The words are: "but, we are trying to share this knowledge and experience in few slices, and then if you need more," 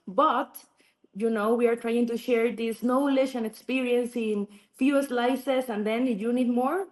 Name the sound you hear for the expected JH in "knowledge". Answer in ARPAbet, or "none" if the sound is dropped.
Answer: SH